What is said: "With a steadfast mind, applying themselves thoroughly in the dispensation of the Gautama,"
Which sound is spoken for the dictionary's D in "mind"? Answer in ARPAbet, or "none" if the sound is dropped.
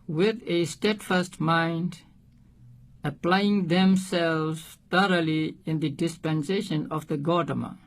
D